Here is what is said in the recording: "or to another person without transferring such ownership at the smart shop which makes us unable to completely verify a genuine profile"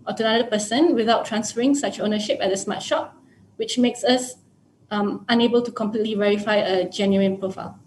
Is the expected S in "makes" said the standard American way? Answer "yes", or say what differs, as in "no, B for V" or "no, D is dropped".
yes